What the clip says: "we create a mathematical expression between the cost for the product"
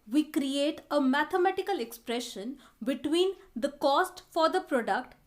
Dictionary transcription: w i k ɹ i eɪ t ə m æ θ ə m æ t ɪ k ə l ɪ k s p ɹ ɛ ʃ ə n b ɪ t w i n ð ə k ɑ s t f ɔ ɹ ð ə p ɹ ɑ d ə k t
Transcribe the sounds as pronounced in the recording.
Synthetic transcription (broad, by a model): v i k ɹ i eɪ t ə m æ t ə m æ t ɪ k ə l ɪ k s p ɹ ɛ ʃ ə n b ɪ t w i n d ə k ɑ s t f ɔ ɹ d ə p ɹ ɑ d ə k t